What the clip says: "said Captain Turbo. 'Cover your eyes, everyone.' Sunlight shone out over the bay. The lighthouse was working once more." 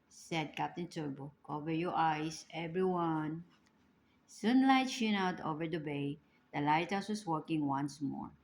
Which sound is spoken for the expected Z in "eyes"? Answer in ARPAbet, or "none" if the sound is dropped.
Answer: S